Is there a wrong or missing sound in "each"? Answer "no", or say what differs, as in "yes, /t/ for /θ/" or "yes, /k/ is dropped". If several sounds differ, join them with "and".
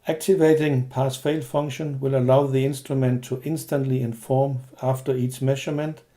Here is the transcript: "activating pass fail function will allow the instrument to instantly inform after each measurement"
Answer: yes, /s/ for /tʃ/